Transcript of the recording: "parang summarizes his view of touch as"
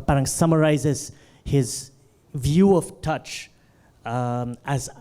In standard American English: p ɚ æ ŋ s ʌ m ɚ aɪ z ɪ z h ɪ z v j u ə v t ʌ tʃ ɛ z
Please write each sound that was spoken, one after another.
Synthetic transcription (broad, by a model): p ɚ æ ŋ s ʌ m ɚ aɪ z ɪ z h ɪ z v j u ə v t ʌ tʃ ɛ z